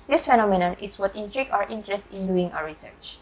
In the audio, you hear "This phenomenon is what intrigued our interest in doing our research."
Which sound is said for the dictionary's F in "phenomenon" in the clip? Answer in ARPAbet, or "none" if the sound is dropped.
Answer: F